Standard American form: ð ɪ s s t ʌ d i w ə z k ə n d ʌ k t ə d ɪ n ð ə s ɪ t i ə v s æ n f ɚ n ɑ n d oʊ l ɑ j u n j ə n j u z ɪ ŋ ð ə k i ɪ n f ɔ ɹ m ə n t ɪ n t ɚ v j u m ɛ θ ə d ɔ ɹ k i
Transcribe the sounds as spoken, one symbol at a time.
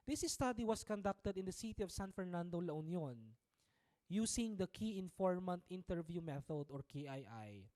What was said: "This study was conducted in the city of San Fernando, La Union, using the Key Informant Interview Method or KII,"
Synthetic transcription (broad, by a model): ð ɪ s s t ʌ d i w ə s k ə n d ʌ k t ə d ɪ n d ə s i t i ə v s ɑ n f ɚ n ɑ n d oʊ l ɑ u n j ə n j u s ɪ ŋ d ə k i ɪ n f ɔ ɹ m ə n t ɪ n t ɚ v j u m ɛ θ ə d ɔ ɹ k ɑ